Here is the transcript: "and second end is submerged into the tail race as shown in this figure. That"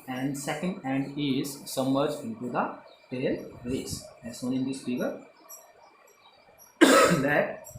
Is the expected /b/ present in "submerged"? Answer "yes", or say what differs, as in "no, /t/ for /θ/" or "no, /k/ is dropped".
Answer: no, /b/ is dropped